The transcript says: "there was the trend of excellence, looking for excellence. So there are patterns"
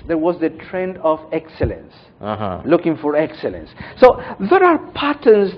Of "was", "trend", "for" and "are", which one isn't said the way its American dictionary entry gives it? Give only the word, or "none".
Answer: none